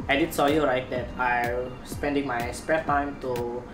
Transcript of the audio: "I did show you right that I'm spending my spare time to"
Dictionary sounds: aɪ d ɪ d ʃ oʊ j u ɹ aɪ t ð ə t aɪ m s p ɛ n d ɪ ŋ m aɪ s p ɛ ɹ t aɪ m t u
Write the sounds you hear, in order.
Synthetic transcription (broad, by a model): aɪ d ɪ d s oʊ j u ɹ aɪ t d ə t aɪ m s p ɛ n d ɪ ŋ m aɪ s p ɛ t aɪ m t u